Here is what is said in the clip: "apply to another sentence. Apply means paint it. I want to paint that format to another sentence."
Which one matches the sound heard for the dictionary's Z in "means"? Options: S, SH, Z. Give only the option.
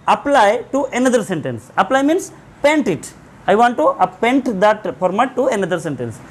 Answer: S